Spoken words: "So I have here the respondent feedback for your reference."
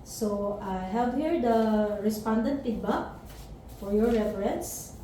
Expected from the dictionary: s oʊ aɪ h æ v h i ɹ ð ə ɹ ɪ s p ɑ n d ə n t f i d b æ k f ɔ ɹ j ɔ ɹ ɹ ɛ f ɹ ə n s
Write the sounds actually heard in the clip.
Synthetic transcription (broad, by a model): s oʊ aɪ h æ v h i ɹ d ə ɹ ɪ s p ɑ n d ə n t p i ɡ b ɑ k f ɔ ɹ j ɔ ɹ ɹ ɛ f ɹ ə n s